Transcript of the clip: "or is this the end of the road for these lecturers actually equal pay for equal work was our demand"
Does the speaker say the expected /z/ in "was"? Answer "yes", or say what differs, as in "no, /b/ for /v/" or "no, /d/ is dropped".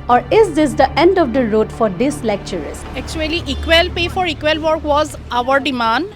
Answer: yes